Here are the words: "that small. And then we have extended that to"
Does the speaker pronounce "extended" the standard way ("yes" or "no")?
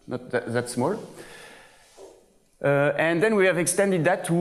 yes